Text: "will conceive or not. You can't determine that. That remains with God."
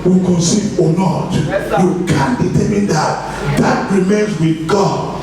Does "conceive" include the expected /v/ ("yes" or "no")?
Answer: no